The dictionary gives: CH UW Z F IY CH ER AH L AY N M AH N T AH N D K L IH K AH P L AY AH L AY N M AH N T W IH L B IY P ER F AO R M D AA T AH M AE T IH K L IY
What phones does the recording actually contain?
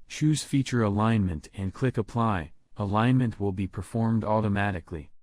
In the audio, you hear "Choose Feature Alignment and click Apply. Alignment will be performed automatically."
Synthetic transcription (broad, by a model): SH UW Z F IY CH ER AH L AY N M AH N T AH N K L IH K AH P L AY AH L AY N M AH N T W IH L B IY P ER F AO R M D AA T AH M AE T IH K L IY